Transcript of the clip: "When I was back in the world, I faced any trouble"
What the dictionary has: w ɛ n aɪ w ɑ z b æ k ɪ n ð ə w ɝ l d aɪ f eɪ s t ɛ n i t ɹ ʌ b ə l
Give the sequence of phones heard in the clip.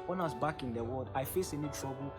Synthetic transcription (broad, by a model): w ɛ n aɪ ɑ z b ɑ k ɪ n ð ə w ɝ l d aɪ f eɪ s ɛ n i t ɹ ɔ b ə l